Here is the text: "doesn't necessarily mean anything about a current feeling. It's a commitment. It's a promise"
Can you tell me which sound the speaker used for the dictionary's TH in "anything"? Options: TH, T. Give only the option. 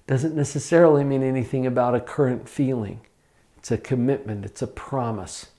TH